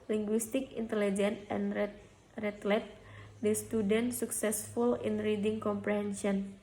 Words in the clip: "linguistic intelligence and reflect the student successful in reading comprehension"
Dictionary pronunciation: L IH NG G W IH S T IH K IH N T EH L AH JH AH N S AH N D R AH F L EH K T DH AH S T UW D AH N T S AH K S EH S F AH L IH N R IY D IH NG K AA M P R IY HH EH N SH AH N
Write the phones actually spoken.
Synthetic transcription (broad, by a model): L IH NG G W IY S T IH K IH N T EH L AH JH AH N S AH N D R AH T L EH T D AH S T UW D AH N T S AH K S EH S F AH L IH N R IY D IH NG K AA M P R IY HH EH N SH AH N